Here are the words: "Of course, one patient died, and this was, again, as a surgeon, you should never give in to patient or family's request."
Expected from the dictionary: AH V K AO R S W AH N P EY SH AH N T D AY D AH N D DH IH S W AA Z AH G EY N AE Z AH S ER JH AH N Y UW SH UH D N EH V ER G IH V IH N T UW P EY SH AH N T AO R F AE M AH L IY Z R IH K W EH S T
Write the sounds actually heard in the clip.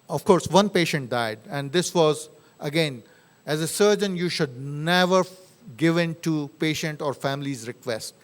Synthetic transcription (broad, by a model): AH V K AO R S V AH N P EY SH AH N T D AY D AH N D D IH S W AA Z AH G EY N AE Z AH S ER JH AH N Y UW SH UH D N EH V ER G IH V IH N T UW P EY SH AH N T AO R F AE M AH L IY Z R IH K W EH S T